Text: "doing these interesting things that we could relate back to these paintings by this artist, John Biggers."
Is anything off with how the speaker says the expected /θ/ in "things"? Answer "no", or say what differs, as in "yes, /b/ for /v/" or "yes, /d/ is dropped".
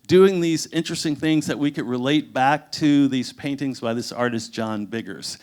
no